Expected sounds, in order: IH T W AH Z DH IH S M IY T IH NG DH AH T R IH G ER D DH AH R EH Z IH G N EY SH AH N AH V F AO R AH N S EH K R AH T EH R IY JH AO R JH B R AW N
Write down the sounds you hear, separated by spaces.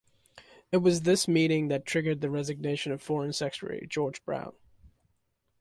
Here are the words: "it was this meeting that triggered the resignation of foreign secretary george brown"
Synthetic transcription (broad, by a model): IH T W AH Z DH IH S M IY T IH NG DH AH T R IH G ER D DH AH R EH Z IH G N EY SH AH N AH V F AO R AH N S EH K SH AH R IY JH AO R JH B R AW N